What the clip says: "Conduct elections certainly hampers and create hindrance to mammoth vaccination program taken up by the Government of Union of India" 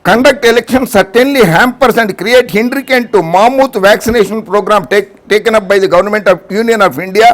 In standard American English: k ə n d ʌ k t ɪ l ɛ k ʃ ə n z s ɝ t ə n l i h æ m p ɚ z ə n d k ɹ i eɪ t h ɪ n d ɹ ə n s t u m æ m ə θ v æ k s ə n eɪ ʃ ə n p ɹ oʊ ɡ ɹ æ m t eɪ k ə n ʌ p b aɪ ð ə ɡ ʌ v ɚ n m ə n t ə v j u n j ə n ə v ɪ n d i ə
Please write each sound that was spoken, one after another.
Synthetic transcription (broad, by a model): k ə n d ʌ k t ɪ l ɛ k ʃ ə n s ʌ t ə n l i h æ m p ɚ s ə n d k ɹ i eɪ t h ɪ n d ɹ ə n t t u m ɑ m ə t v æ k s ə n eɪ ʃ ə n p ɹ oʊ ɡ ɹ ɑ m t eɪ k ə n ʌ p b aɪ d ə ɡ ʌ v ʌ n m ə n t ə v j u n j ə n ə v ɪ n d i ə